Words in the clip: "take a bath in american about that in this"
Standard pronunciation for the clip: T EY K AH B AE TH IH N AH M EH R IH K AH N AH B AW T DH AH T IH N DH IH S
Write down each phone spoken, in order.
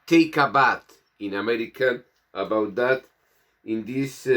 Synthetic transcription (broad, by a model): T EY K AH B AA T IH N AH M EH R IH K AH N AH B AW T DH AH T IH N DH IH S